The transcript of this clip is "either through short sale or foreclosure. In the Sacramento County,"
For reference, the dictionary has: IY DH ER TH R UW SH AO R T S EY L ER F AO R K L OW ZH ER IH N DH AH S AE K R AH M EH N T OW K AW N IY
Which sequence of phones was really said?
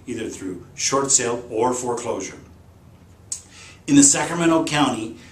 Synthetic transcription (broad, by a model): IY DH ER TH R UW SH AO R T S EY L ER F AO R K L OW ZH ER IH N DH AH S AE K R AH M EH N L K AW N IY